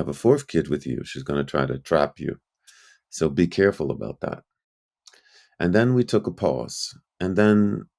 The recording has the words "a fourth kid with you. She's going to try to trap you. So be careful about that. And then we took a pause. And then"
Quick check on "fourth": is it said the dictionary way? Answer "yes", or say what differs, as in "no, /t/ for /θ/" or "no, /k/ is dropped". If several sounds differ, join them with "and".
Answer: yes